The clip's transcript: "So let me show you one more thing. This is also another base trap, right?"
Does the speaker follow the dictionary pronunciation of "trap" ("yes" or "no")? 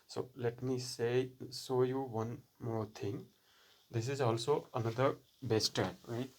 no